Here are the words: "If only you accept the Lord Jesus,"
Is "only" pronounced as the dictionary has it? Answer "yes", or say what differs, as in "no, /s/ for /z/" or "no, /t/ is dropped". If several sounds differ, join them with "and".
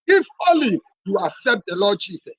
no, /n/ is dropped